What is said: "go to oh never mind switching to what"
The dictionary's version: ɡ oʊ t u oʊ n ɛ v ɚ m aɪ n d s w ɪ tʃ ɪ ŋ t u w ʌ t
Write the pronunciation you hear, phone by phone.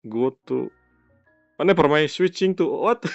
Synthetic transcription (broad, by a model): ɡ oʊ t u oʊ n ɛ p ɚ m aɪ s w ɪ tʃ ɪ ŋ t u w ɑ t